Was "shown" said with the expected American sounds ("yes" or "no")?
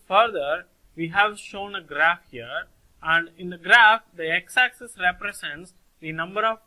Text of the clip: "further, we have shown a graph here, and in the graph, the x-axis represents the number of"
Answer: yes